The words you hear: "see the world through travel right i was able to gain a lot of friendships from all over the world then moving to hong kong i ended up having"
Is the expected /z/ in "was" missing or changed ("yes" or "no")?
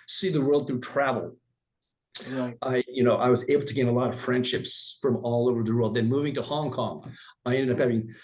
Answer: no